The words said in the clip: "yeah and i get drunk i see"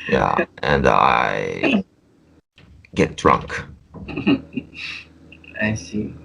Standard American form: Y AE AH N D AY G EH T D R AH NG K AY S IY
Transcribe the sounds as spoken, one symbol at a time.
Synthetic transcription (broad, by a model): Y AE AH N D AY G EH T D R AH NG K AY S IY